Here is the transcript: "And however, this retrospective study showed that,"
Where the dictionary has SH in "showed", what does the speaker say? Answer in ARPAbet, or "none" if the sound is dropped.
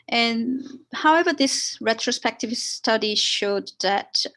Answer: SH